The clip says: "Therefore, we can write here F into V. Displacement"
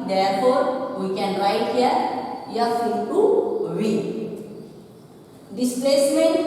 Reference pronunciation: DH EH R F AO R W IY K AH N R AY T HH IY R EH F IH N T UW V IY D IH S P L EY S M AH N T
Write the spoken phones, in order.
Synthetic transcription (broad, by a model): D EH R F AO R W IY K AH N R AY T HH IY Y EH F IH T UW W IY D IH S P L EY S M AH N